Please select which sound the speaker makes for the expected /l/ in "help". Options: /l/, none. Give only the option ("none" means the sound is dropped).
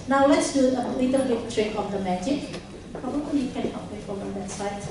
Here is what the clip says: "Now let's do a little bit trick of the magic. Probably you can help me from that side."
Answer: none